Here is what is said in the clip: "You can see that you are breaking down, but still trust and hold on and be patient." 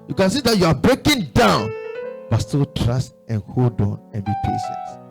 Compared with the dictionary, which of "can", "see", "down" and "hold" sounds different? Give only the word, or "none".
none